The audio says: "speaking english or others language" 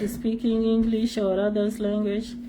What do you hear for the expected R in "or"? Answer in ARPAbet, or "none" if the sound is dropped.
R